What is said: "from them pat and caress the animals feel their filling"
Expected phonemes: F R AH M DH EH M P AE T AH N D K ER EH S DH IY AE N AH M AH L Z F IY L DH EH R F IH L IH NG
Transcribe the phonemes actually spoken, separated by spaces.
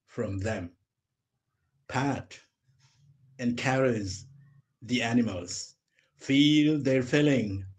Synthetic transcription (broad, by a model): F R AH M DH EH M P AE T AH N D K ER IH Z DH IY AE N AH M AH L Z F IY L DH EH R F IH L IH NG